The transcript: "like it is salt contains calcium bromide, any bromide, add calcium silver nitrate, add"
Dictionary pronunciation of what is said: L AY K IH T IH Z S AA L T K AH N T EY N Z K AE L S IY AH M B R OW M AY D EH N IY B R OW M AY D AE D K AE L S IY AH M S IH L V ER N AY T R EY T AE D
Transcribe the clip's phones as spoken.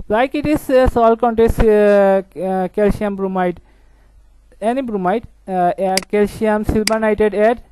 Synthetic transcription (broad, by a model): L AY K IH T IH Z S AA L K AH N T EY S K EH L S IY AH M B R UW M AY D EH N IY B R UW M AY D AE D K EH L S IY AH M S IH L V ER N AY T EY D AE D